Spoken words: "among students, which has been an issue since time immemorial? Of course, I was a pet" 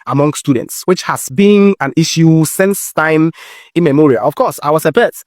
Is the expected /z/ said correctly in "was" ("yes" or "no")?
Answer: no